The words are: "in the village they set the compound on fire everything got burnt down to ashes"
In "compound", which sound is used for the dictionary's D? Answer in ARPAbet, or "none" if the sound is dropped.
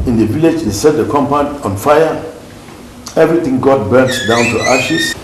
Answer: none